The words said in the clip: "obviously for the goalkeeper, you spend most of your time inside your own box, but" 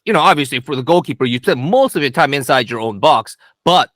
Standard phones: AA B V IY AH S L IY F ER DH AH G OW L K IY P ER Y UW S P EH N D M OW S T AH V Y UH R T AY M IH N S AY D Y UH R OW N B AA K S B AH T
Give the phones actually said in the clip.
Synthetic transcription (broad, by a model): AA B V IY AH S L IY F ER DH AH G OW L K IY P ER Y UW S P EH N M OW S T AH V Y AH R T AY M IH N S AY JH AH R OW N B AA K S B AH T